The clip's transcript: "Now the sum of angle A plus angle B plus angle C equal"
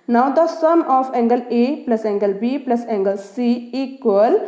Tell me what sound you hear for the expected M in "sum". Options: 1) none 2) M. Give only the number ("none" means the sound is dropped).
2